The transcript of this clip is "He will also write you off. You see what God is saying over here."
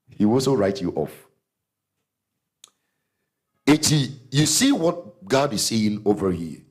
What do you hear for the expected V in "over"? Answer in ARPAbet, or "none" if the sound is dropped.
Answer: V